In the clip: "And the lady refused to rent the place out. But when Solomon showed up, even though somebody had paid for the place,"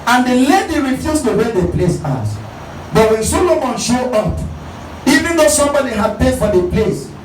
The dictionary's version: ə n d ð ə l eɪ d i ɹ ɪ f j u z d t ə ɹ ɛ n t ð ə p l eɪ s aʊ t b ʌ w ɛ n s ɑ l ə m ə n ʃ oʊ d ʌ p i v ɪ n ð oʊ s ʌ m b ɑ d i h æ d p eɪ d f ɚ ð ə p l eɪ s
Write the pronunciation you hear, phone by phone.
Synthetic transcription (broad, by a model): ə n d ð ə l eɪ d i ɹ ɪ f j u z t ə w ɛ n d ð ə p l eɪ s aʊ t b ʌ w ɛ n s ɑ l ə m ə n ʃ oʊ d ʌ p i v ɪ n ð oʊ s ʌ m b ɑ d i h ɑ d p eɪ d f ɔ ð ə p l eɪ s